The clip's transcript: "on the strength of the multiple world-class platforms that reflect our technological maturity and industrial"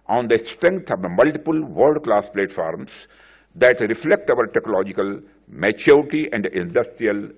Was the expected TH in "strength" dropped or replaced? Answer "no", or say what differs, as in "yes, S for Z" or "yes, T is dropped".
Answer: yes, T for TH